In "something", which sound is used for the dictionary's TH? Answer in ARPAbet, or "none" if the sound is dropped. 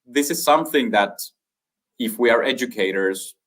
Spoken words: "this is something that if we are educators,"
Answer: TH